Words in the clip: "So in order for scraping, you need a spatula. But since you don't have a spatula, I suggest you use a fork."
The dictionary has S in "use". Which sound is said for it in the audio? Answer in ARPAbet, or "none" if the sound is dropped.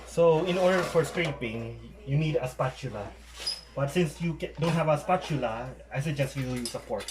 S